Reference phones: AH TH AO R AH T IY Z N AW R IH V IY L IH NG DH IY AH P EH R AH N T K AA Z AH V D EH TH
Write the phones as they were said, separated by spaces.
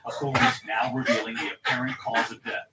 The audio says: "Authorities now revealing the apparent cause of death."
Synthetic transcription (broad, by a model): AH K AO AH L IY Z N AW R IH V IY L IH NG DH IY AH P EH R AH N K AA Z AH V D EH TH